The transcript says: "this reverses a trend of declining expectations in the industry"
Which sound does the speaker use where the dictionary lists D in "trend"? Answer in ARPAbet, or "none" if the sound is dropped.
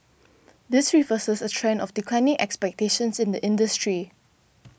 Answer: none